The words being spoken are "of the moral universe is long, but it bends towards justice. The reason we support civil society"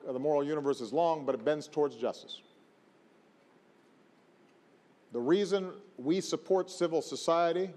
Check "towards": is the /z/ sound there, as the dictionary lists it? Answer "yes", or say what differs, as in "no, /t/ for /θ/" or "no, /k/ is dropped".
yes